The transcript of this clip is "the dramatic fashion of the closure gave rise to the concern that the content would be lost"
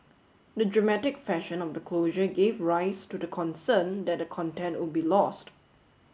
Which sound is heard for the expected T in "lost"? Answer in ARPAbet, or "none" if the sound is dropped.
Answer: T